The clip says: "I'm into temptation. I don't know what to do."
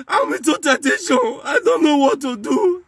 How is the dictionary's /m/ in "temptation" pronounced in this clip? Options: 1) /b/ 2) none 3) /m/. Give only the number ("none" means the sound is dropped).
2